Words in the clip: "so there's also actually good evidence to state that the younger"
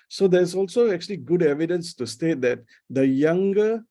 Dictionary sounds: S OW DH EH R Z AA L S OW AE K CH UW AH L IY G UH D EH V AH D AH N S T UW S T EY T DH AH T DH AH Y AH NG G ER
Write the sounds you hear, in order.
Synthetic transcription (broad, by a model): S OW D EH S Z AA L S OW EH K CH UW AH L IY G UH D EH V AH D AH N S T UW S T EY T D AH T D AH Y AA NG G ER